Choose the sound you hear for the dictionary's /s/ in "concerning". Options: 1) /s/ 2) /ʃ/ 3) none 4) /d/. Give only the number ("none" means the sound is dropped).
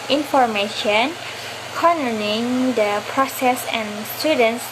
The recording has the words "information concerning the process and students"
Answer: 3